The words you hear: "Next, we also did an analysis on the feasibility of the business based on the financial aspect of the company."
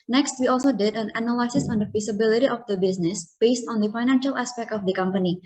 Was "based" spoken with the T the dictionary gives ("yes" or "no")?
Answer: yes